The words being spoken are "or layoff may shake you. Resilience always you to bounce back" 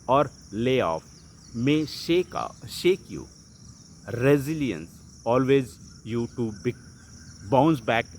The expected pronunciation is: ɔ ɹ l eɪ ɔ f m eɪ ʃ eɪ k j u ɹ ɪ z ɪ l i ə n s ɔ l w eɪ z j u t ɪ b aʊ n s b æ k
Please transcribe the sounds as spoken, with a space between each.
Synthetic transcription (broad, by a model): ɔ ɹ l eɪ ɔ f m eɪ ʃ eɪ k j u ɹ ɪ z ɪ l i ə n s ɔ l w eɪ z j u t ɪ b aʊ n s b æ k